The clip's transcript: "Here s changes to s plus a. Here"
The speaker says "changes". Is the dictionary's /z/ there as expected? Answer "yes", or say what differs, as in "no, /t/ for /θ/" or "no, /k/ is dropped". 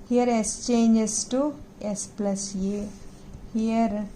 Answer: no, /s/ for /z/